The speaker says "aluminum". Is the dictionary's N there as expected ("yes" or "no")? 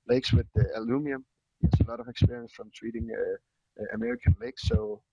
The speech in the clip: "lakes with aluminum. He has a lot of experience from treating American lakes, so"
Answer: no